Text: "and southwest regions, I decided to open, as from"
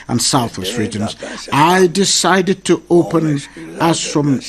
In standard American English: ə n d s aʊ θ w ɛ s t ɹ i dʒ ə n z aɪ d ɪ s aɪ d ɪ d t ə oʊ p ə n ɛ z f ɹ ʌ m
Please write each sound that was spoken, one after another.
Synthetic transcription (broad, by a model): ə n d s aʊ θ w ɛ s t ɹ i dʒ ə n z aɪ d ɪ s aɪ d ɪ d t ə oʊ p ə n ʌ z f ɹ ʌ m